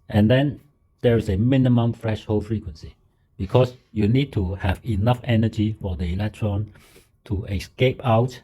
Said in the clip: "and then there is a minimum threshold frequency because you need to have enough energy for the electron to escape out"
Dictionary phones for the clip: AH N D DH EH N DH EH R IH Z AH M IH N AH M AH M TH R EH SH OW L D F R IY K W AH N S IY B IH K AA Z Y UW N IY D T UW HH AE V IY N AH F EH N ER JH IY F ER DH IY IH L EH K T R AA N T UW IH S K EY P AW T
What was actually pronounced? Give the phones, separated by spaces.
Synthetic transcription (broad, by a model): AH N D EH N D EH R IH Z AH M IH N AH M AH M F R EH SH OW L F R IY K W AH N S IY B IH K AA S Y UW N IY D T UW HH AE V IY N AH F EH N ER JH IY F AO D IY IH L EH K T R AA N T UW IH S K EY P AW T